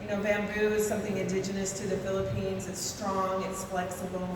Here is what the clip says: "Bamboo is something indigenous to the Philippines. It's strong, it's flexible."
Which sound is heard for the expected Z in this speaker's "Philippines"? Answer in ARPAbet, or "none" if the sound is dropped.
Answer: Z